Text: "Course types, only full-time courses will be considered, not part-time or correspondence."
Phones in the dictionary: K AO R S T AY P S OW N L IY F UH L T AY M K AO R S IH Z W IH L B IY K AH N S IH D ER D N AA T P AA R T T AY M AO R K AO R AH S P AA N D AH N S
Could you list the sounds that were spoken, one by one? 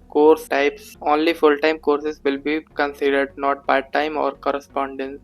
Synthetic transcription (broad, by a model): K AO R S T AY P S OW N L IY F UH L T AY M K AO R S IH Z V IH L B IY K AH N S IH D ER D N AA T B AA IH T T AY M AO R K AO R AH S P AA N D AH N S